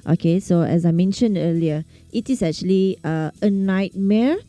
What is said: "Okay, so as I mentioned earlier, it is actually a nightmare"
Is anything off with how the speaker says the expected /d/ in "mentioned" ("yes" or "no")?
no